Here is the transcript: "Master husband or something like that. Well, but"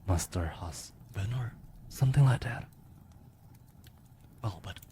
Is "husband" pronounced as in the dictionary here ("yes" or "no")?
no